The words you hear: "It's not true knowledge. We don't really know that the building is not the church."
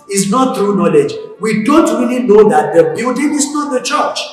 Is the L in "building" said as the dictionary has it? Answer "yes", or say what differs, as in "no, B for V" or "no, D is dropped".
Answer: no, L is dropped